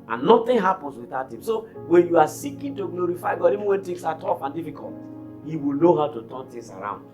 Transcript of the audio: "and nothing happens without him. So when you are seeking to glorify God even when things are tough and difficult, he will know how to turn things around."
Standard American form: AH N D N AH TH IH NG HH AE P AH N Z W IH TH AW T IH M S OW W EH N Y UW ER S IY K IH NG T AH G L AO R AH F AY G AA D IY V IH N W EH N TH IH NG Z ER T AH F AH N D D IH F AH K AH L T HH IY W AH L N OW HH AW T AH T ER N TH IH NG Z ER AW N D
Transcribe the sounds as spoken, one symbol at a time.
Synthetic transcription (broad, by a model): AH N N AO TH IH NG HH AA P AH N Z W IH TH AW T IH M S OW W EH N Y UW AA S IY K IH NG T AH G L AO R AH F AY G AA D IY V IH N W EH N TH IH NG S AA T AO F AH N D D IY F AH K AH L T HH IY W AH L N OW HH AW T AH T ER N T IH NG S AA AW N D